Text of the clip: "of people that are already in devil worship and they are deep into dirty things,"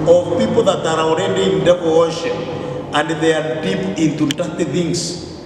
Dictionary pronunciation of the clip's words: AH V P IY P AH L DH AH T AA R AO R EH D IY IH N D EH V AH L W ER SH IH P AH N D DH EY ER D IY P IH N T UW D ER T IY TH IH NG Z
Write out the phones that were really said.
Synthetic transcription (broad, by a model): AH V P IY P AH L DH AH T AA R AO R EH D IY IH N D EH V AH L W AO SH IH AH N D DH EY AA D IY P IH N T UW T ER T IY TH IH NG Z